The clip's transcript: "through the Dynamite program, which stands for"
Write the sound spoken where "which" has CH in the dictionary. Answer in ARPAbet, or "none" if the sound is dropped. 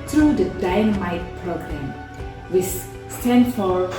S